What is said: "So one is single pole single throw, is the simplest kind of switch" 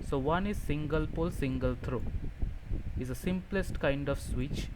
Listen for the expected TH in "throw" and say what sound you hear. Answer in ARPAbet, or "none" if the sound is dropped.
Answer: T